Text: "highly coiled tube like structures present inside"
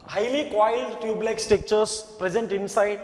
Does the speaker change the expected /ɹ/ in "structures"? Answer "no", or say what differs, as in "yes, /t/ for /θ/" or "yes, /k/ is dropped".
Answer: yes, /ɹ/ is dropped